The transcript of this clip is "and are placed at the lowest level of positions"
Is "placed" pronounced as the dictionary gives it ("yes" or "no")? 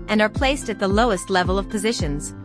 yes